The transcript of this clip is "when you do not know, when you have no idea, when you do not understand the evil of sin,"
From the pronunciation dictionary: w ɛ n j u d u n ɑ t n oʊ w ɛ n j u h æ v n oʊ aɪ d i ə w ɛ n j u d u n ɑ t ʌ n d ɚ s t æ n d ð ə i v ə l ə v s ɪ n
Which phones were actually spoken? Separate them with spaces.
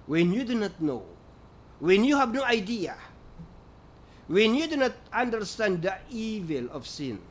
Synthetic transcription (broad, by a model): w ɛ n j u d u n ɑ t n oʊ w ɛ n j u h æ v n oʊ aɪ d i ə w ɛ n j u d u n ɑ t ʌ n d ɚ s t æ n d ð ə i v ə l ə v s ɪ n